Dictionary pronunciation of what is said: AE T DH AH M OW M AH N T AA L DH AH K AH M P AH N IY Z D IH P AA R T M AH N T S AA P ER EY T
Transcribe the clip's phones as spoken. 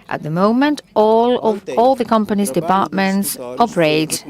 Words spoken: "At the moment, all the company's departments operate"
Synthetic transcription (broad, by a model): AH T DH AH M OW M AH N T AA L DH AH K AH M P AH N IY Z D IH P AA R T M AH N T S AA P ER EY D